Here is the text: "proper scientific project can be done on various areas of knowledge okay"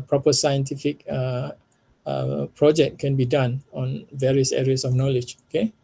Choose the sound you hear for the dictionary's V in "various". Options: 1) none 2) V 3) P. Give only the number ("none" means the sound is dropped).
2